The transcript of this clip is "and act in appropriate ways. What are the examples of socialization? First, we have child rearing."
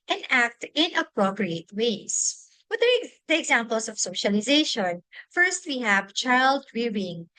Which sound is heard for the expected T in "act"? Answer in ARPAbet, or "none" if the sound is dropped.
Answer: T